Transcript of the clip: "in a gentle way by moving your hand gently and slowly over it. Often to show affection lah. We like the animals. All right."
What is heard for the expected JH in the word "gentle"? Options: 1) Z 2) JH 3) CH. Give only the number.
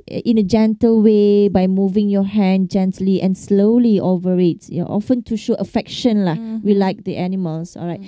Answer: 2